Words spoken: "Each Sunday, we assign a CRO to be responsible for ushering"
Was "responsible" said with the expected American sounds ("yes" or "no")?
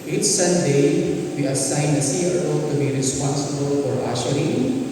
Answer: yes